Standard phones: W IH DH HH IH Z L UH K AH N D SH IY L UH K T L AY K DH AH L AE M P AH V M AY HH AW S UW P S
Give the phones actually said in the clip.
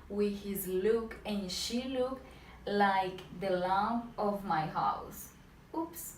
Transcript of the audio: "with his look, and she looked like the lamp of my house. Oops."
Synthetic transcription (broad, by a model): W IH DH HH IH Z L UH K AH N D SH IY L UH K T L AY K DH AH L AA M AH V M AY HH AW S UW P S